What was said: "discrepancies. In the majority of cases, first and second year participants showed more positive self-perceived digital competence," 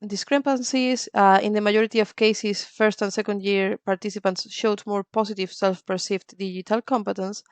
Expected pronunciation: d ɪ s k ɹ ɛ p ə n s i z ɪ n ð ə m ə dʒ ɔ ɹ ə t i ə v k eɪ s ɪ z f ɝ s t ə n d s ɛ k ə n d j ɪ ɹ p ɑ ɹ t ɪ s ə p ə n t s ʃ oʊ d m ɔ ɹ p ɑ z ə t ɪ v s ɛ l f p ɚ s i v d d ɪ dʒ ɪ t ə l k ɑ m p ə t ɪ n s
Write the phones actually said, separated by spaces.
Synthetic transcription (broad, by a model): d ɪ s k ɹ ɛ p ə n s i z ɪ n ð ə m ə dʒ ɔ ɹ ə t i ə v k eɪ s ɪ s f ɝ s t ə n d s ɛ k ə n d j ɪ ɹ p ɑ ɹ t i s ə p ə n t s ʃ oʊ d m ɔ ɹ p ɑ s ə t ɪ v s ɛ l f p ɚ s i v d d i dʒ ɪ t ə l k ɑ m p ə t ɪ n s